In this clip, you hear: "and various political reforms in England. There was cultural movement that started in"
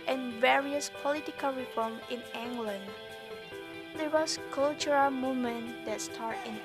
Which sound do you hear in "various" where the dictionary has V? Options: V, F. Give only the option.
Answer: V